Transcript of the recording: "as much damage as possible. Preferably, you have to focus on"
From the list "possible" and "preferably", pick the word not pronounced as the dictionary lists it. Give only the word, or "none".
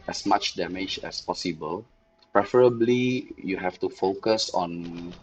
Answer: none